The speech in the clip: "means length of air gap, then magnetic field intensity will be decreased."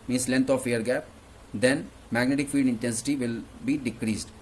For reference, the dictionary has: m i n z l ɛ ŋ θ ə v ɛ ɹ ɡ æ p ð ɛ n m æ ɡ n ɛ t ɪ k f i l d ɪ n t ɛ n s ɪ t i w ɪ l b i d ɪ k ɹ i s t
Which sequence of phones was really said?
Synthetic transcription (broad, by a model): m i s l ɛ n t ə f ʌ ɹ ɡ æ p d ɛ n m æ ɡ n ɛ t ɪ k f i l d ɪ n t ɛ n s ɪ t i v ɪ l b i d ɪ k ɹ i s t